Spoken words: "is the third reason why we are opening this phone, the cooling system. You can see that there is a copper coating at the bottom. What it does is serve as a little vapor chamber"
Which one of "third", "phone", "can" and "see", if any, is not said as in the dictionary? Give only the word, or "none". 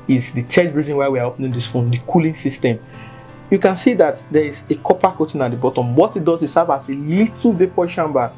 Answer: third